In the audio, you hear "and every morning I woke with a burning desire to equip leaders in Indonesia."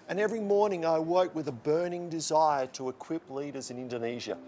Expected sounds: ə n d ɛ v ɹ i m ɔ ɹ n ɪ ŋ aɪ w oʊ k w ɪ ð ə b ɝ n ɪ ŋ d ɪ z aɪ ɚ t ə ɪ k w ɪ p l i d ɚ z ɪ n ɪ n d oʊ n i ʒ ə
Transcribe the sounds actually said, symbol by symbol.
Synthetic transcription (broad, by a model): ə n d ɛ v ɹ i m ɔ ɹ n ɪ ŋ aɪ w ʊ k w ɪ ð ə b ɝ n ɪ ŋ d ɪ z aɪ ɚ t ə ɪ k w ɪ p l i d ɚ z ɪ n ɪ n d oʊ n i ʒ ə